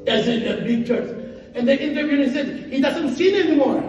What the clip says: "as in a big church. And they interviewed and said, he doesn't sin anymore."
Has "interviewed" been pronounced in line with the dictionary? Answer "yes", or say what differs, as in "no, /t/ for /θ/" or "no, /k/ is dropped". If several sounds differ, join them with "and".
no, /d/ is dropped